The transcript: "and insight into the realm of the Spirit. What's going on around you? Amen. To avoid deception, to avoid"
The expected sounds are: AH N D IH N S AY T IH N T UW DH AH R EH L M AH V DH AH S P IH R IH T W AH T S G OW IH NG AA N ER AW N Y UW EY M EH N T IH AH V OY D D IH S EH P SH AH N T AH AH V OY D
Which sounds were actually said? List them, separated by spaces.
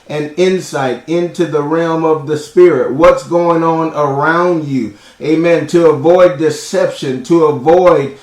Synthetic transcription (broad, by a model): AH N IH N S AY T IH N T UW DH AH R EH L M AH V DH AH S P IH R IH T W AH T S G OW IH NG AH N ER AW N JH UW EY M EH N T IH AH V OY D D IH S EH P SH AH N T AH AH V OY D